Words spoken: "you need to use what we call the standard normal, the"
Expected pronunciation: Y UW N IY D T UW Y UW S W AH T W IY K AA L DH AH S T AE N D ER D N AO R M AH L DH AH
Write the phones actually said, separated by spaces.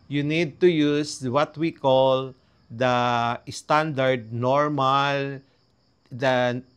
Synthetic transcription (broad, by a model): Y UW N IY D T UW Y UW S W AH T W IY K AA L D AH S T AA N D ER D N AO R M AH L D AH